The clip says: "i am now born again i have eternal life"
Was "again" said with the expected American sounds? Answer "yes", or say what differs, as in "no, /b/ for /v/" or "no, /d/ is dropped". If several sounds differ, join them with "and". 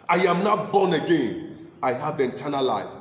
yes